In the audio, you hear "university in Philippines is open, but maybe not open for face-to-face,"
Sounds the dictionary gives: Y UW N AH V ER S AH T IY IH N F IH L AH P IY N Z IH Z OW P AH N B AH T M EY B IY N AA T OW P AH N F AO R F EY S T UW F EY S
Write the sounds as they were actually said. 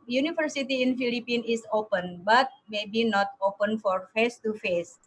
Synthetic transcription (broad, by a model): Y UW N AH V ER S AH T IY IH N F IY L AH P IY N IH S OW P AH N B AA T M EY B IY N AA T OW P AH N F AO R F EY S T UW F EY S